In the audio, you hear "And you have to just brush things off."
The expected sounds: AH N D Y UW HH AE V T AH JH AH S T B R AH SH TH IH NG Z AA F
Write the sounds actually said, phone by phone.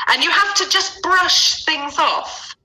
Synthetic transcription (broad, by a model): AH N Y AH HH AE F T AH JH AH S B R AH SH TH IH NG Z AA F